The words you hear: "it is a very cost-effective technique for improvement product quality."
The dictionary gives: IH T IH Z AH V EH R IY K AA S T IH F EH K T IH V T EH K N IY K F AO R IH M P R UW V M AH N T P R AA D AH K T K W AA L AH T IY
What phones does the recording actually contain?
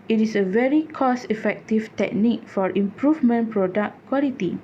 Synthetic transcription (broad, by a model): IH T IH S AH V EH R IY K AA S IH F EH K T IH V T EH K N IY K F AO R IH M P R UW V M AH N P R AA D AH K K W AA L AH T IY